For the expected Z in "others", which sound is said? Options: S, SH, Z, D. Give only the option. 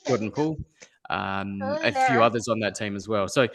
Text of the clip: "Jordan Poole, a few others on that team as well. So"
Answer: Z